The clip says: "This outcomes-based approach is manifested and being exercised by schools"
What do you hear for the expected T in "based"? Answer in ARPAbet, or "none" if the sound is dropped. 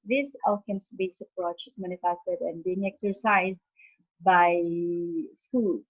none